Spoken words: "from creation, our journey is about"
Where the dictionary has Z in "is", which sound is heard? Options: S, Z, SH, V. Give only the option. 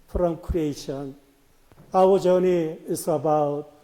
S